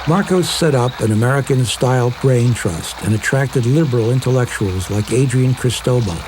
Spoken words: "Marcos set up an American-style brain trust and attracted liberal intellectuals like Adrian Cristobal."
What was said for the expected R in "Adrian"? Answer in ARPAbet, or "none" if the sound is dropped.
R